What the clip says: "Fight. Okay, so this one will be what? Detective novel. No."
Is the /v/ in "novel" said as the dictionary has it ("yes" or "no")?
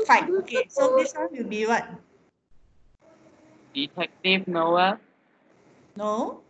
no